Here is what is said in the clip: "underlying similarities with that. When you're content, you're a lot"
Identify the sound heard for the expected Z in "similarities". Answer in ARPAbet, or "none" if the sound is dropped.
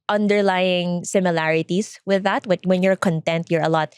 S